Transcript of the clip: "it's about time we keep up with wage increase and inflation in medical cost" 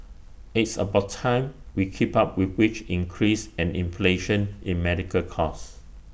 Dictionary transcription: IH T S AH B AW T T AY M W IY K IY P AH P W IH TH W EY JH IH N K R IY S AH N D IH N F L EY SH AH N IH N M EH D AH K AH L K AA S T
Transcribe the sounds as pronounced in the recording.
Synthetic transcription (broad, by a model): IH T S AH B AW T T AY M W IY K IY P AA P W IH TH W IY CH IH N K R IY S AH N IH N F L EY SH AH N IH N M EH D AH K AH L K AA S